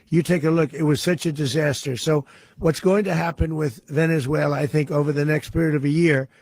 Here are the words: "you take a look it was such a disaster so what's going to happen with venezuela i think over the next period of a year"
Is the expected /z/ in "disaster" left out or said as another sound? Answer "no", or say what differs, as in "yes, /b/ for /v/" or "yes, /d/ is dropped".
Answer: no